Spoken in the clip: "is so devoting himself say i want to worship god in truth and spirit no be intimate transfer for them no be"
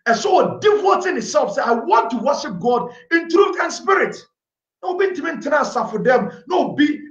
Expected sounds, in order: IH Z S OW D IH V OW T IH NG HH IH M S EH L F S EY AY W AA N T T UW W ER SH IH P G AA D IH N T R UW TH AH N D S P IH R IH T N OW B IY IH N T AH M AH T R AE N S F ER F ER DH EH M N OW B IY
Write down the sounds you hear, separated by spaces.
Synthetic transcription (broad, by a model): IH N S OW D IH W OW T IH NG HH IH S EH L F S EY AY W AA N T T UW W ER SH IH P G AA D IH N T R UW TH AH N S P IH R IH T N OW B IY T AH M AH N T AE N S AA F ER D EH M N OW B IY